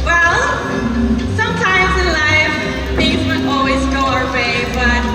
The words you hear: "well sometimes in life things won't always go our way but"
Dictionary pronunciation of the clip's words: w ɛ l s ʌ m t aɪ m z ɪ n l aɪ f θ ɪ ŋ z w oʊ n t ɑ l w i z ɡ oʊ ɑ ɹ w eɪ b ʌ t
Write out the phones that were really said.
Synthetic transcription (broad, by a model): w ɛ l s ʌ m t aɪ m z ɪ n l aɪ f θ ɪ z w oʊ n ɑ l w i z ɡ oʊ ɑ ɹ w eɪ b ʌ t